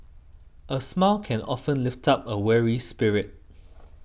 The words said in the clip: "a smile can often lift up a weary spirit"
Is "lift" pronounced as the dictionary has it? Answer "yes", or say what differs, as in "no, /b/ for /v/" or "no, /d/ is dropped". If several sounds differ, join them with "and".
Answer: yes